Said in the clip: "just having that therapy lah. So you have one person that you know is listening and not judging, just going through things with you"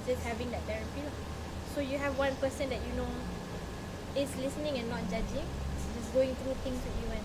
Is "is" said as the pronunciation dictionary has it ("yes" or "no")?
no